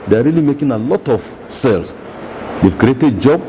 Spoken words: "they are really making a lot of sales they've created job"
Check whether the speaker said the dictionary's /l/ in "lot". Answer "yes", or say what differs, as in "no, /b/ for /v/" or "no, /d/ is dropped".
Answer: yes